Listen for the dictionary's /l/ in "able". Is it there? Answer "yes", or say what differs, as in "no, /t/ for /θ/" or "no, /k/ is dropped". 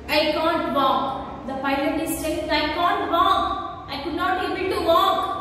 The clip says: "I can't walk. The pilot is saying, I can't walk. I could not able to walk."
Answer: no, /n/ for /l/